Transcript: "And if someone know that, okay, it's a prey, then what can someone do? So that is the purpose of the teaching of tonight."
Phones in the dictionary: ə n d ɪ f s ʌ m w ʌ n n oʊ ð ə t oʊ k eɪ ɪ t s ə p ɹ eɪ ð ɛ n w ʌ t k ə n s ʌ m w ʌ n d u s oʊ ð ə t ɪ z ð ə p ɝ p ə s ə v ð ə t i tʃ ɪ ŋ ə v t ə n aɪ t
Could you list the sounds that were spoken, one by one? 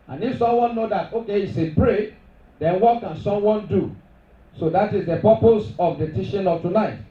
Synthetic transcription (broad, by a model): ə n ɪ f s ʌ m w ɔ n n oʊ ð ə t oʊ k eɪ ɪ t s ə b ɹ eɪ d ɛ n w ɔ t k ə n s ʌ m w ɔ n d u s oʊ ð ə t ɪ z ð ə p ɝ p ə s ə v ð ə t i ʃ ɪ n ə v t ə n aɪ t